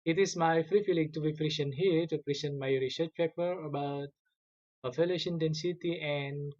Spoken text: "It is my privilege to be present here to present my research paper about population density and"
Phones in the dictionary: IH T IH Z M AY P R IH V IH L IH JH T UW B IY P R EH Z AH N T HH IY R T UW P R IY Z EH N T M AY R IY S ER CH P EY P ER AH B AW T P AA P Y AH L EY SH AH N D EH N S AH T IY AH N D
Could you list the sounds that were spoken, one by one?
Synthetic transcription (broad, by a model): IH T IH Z M AY F R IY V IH L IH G T UW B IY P R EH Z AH N HH IY R T UW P R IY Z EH N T M AY R IY S ER CH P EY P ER AH B AW T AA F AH L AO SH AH N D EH N S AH T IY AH N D